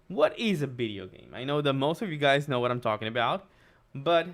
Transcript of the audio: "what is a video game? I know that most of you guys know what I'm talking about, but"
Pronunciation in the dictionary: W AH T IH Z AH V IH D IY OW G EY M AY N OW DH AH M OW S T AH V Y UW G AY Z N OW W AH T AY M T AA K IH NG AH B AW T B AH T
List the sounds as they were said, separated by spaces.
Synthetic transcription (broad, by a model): W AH T IH Z AH V IH D IY OW G EY M AY N OW DH AH M OW S T AH V Y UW G AY Z N OW W AH T AY M T AA K IH NG AH B AW T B AH T